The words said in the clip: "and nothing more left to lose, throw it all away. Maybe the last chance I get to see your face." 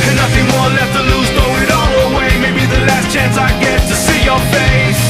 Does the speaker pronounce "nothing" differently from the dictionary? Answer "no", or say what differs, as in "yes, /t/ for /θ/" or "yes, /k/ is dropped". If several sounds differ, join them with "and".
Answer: no